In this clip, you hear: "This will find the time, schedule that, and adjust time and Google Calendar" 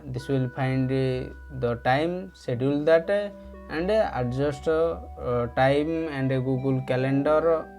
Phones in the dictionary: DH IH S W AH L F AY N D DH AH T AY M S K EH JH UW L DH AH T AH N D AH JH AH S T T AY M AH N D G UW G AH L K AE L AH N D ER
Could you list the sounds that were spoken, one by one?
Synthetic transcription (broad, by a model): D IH S W AH L P AY N D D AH T AY M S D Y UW L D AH T AH N D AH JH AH S T T AY M AH N D G UW G AH L K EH L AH N D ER